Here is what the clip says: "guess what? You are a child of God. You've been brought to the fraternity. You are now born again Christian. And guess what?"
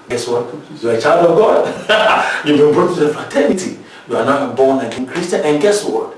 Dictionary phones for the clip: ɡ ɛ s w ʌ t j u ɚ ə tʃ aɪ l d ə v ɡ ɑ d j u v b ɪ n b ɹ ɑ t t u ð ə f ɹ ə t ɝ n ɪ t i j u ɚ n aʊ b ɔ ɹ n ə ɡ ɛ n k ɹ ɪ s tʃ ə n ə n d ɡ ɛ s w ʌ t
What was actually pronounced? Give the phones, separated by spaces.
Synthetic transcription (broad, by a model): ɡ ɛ s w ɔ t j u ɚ ə tʃ aɪ l d ə v ɡ ɑ d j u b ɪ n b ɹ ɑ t t u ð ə f ə t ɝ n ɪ t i j u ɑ n aʊ b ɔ n ə ɡ ɛ n k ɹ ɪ s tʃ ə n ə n ɡ ɛ s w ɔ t